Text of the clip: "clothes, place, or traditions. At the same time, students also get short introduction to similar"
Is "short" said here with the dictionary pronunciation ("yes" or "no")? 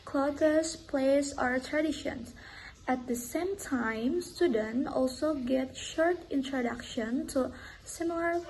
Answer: yes